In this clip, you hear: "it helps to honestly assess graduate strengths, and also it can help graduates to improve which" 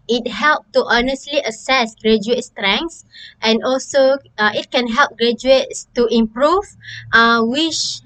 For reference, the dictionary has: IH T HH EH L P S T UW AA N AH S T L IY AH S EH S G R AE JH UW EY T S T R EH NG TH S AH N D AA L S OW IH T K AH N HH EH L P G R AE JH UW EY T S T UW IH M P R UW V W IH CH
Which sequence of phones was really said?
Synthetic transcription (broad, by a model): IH T HH EH L P T UW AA N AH S T L IY AH S EH S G R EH JH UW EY T S T R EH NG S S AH N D AA L S OW IH T K AH N HH EH L P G R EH JH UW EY T S T UW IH M P R UW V W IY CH